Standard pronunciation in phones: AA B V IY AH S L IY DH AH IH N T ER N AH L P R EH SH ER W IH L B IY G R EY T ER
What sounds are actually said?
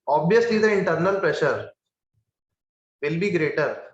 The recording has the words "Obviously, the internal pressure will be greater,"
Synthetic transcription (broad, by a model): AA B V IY AH S L IY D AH IH N T ER N AH L P R EH SH ER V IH L B IY G R EY T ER